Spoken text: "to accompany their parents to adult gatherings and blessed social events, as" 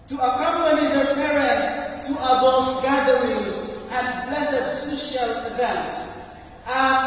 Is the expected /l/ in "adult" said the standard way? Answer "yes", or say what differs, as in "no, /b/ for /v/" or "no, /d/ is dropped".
no, /l/ is dropped